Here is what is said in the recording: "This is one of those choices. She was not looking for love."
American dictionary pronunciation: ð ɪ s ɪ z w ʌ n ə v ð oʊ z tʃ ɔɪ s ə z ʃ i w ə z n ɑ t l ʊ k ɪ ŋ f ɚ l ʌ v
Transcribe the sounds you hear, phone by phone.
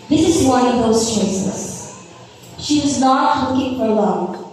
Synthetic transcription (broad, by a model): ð ɪ s ɪ z w ʌ n ə v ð oʊ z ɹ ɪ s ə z ʃ i w ə z n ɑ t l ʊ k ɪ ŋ f ɚ l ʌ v